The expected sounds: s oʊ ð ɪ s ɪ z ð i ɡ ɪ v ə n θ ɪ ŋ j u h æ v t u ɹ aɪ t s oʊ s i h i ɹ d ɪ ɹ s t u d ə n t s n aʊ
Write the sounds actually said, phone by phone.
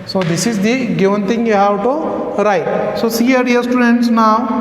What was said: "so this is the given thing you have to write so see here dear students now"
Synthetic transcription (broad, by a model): s oʊ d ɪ s ɪ z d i ɡ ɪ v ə n t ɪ ŋ j u h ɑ w t u ɹ aɪ t s oʊ s i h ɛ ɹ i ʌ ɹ s t u d ə n t s n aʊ